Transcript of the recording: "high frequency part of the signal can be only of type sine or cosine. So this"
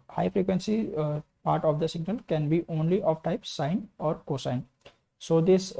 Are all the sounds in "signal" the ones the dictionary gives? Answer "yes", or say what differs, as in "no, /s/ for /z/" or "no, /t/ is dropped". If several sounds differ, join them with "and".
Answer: yes